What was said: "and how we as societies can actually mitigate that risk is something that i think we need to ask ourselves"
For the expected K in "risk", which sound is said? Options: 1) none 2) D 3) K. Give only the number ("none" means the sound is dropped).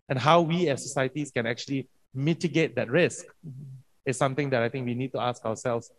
3